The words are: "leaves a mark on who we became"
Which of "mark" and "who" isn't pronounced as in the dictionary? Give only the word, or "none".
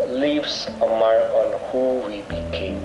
mark